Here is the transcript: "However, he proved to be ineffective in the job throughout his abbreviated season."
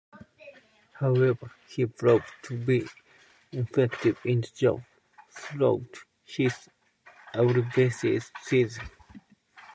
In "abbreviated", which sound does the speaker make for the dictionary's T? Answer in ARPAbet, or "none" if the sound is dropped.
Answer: S